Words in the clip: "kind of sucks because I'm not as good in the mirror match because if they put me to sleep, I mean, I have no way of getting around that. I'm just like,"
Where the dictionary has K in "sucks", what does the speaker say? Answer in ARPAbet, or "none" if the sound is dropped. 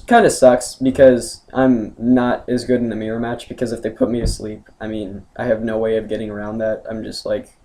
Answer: K